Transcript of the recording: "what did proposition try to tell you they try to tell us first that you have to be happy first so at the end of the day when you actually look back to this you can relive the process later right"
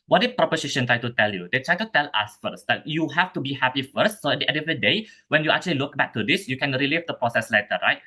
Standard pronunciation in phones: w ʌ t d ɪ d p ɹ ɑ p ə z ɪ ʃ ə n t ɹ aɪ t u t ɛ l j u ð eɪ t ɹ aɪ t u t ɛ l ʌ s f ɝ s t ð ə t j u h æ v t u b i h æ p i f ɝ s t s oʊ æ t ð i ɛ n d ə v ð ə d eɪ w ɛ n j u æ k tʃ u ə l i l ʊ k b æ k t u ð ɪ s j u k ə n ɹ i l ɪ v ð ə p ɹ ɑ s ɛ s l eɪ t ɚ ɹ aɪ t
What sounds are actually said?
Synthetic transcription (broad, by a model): w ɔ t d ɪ p ɹ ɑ p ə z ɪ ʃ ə n t ɹ aɪ t u t ɛ l j u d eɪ t ɹ aɪ t u t ɛ l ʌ s f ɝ s t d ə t j u h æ f t u b i h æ p i f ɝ s t s oʊ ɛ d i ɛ d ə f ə d eɪ w ɛ n j u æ k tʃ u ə l i l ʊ k b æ k t u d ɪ s j u k ə n ɹ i l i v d ə p ɹ ɑ s ɛ s l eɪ t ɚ ɹ aɪ t